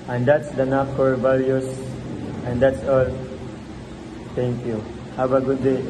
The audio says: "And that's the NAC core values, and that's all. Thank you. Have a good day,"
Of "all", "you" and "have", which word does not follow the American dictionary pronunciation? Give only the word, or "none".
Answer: have